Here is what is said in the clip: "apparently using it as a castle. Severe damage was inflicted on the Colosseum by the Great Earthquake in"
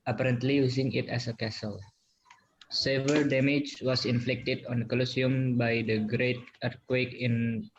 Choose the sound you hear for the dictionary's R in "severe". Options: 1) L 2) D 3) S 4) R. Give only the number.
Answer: 1